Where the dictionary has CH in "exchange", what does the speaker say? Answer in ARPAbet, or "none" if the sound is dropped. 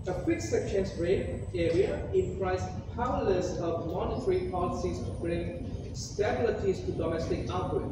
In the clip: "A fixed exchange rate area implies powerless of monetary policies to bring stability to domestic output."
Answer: none